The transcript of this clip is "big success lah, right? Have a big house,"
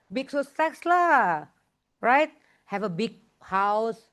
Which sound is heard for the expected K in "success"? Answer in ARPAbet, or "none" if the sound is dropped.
none